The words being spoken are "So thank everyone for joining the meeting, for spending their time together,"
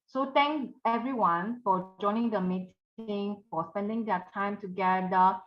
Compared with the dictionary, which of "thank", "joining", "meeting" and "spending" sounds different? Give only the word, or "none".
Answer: thank